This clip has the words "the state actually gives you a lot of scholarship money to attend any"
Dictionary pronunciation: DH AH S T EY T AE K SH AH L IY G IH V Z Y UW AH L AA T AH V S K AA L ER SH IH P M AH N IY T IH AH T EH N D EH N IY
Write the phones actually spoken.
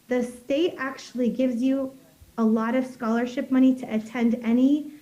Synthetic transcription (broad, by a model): DH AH S T EY T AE K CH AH L IY G IH V Z Y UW AH L AA T AH V S K AA L ER SH IH P M AH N IY T IH AH T EH N D EH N IY